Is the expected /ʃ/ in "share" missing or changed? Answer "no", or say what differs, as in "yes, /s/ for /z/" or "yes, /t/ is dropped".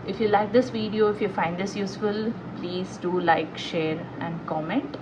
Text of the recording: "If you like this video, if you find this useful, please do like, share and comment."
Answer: no